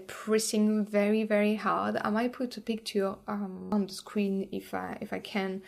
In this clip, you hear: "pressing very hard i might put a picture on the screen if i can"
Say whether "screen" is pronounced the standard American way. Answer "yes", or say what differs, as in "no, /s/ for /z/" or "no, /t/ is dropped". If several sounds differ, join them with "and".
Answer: no, /w/ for /ɹ/